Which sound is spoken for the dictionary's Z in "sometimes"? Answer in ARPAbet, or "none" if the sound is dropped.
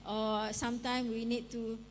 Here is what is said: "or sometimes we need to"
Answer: none